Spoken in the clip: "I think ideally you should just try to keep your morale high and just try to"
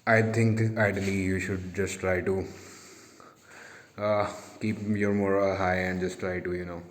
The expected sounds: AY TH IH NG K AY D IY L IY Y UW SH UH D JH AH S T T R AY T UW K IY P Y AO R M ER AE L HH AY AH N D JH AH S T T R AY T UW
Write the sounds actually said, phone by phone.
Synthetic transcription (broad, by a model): AY T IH NG K AY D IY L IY Y UW SH UH D JH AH S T T R AY T UW K IY P Y AO R M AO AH HH AY AH N D JH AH S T T R AY T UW